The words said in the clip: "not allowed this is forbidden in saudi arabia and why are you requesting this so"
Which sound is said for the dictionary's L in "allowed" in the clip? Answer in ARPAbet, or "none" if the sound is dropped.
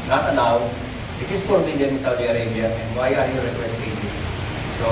N